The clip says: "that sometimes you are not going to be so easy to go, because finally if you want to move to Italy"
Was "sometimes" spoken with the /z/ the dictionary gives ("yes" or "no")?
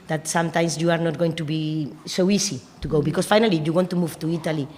no